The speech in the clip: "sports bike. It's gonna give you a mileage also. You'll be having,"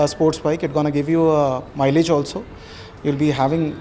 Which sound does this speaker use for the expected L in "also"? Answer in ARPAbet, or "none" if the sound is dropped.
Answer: L